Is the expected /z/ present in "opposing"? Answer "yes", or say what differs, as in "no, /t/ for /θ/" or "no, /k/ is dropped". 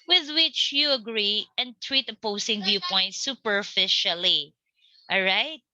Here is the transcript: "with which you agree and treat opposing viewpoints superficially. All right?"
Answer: no, /s/ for /z/